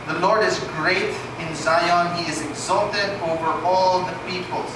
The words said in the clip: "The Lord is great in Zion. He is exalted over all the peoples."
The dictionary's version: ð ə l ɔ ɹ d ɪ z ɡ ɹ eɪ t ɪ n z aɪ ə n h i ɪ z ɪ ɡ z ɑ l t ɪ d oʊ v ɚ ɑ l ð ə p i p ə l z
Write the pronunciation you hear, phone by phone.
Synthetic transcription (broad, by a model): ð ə l ɔ ɹ d ɪ z ɡ ɹ eɪ t ɪ n z aɪ ə n h i ɪ z ɪ ɡ z ɑ l t ɪ d oʊ v ɚ ɑ l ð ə p i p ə l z